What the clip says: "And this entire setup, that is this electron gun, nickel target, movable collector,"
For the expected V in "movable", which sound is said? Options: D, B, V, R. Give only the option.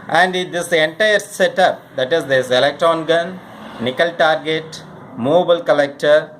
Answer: B